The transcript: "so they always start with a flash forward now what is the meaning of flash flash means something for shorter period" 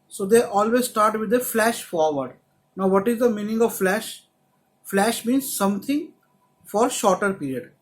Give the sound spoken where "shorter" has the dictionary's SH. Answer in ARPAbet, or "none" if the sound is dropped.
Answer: SH